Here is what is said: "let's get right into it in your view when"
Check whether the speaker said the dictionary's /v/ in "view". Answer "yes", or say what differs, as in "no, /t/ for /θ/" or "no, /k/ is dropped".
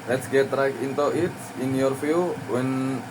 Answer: no, /f/ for /v/